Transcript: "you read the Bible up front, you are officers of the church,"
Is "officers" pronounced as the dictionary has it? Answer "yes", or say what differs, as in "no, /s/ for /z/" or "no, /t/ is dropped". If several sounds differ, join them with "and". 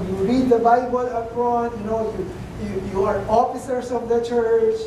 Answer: no, /s/ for /z/